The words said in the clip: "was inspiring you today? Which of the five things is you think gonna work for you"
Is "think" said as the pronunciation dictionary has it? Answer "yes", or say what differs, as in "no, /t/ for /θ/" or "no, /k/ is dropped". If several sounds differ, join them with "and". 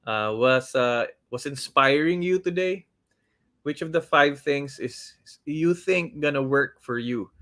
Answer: yes